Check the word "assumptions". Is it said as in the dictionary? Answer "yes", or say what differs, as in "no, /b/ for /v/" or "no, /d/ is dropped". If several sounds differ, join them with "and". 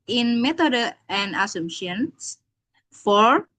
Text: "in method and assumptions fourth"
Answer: no, /p/ is dropped and /s/ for /z/